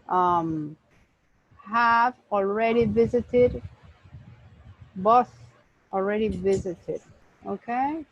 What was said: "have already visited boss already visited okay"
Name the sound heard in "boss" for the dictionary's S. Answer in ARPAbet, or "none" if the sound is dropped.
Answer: TH